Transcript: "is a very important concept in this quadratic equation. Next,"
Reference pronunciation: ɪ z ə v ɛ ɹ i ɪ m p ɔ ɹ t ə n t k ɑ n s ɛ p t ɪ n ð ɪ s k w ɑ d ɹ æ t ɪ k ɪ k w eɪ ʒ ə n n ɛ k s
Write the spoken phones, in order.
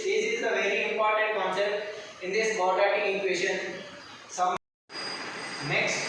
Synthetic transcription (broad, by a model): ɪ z ə v ɛ ɹ i ɪ m p ɔ ɹ t ə n t k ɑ n s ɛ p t ɪ n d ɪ s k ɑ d ɑ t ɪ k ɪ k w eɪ ʃ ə n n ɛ k s